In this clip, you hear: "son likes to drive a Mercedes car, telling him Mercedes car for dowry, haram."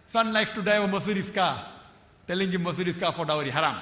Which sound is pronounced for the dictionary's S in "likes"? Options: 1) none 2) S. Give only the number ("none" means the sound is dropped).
1